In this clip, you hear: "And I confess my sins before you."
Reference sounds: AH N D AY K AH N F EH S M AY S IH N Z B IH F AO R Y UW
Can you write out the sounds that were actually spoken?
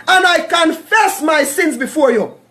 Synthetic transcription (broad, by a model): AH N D AY K AH N F EH S M AY S IH N Z B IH F AO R Y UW